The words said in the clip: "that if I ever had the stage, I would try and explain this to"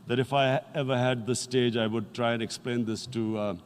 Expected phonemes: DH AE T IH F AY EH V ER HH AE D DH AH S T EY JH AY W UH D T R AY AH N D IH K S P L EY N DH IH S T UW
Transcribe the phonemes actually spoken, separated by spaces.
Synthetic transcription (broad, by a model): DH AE T IH F AY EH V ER HH AE D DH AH S T EY JH AY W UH D T R AY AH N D IH K S P L EY N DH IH S T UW